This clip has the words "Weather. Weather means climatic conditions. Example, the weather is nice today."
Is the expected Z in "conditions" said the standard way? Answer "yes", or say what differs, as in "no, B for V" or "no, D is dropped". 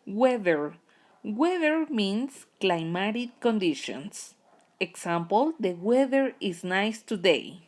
no, S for Z